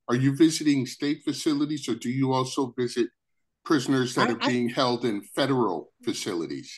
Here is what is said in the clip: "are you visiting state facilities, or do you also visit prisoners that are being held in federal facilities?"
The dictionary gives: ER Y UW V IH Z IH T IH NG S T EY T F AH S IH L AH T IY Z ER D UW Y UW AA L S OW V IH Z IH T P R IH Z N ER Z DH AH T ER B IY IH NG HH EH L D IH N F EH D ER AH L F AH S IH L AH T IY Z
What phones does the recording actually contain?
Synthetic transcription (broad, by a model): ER Y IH V IH Z IH T IH NG S T EY T F AH S IH L AH T IY Z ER D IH Y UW AA L S OW V IH Z IH T P R IH Z N ER Z DH AH T ER B IY IH NG HH EH L D IH N F EH D ER L F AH S IH L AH T IY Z